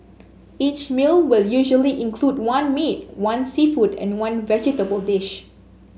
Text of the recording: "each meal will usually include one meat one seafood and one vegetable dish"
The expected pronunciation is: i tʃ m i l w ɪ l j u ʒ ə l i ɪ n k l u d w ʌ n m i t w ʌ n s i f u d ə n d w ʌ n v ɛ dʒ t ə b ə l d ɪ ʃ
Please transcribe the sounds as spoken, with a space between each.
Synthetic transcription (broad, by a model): i tʃ m i l w ɪ l j u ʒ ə l i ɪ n k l u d w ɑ n m i t w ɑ n s i f u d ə n w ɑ n v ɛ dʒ t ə b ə l d ɪ ʃ